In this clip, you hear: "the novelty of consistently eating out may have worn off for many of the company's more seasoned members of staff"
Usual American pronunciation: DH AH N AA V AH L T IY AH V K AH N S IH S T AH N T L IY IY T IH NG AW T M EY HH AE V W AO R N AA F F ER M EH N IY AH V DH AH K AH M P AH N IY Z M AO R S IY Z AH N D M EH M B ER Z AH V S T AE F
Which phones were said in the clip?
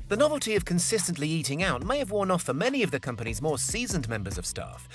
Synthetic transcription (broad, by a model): DH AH N AA V AH L T IY AH V K AH N S IH S T AH N T L IY IY T IH NG AW T M EY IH V W AO R N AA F F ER M EH N IY AH V DH AH K AH M P AH N IY Z M AO R S IY Z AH N M EH M B ER Z AH V S T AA F